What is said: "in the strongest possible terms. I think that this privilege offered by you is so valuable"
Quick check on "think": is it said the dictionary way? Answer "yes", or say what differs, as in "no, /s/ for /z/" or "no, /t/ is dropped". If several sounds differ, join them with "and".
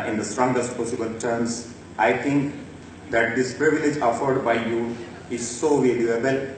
no, /t/ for /θ/